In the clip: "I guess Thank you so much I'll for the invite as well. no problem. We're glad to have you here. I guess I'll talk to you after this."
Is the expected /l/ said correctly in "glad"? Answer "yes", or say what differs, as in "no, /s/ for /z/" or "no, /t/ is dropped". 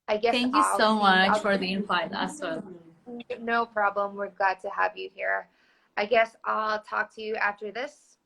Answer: no, /l/ is dropped